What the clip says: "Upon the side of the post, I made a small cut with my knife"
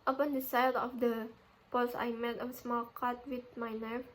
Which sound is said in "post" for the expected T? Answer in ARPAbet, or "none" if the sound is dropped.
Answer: none